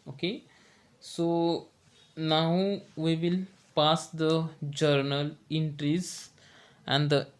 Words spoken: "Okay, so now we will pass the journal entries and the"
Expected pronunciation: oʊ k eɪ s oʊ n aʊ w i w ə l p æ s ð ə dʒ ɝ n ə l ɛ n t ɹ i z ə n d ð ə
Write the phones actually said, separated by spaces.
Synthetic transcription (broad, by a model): oʊ k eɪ s oʊ n aʊ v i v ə l p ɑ s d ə dʒ ɝ n ə l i n t ɹ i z ə n d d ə